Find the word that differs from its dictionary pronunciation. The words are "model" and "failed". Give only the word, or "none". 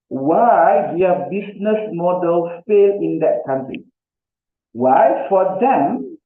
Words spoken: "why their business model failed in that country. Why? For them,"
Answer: failed